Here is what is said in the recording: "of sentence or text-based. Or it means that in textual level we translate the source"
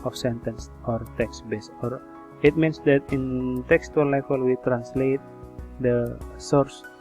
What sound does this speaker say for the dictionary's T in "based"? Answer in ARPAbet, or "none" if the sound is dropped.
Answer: none